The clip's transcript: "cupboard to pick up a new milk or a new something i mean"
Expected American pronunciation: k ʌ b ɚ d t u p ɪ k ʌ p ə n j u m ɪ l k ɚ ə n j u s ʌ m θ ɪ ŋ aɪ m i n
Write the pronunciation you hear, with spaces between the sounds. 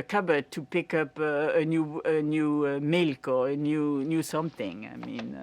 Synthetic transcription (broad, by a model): k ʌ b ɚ t u p ɪ k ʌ p ə n j u m ɪ l k ɚ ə n j u s ʌ m θ ɪ ŋ aɪ m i n